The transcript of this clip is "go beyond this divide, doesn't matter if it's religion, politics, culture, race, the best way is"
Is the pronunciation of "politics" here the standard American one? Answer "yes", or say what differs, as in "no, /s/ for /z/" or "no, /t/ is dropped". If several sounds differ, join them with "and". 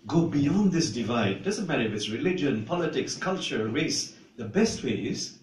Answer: yes